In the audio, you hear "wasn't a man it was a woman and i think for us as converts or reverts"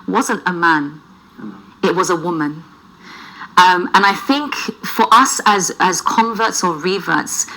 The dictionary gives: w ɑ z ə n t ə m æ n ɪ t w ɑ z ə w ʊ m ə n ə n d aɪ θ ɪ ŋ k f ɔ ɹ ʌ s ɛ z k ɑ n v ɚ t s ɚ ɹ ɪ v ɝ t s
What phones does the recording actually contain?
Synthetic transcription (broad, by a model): w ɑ z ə n t ə m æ n ɪ t w ɑ z ə w ʊ m ə n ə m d aɪ θ ɪ ŋ k f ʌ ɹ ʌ s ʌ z k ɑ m v ɚ t s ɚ ɹ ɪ v ɝ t s